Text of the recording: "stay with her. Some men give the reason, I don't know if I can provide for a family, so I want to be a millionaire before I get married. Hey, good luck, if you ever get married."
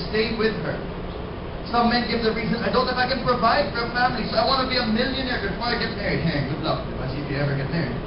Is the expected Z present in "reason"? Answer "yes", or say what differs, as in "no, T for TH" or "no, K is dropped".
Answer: yes